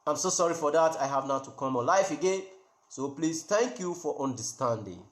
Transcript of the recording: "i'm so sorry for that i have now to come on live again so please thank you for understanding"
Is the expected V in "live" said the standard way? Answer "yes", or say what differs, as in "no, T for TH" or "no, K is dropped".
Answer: no, F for V